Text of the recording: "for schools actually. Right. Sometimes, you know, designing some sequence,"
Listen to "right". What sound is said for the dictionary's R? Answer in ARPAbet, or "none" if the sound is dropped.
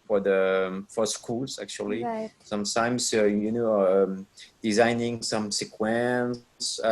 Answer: L